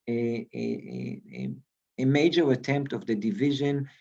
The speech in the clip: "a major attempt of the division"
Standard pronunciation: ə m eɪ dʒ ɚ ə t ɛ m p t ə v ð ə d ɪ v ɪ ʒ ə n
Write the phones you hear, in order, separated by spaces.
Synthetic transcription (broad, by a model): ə m eɪ dʒ ɚ ə t ɛ m p t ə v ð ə d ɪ v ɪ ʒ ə n